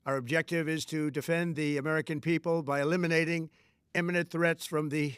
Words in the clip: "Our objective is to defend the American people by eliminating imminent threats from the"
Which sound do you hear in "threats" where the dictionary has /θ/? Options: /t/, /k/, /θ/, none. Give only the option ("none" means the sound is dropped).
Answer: /θ/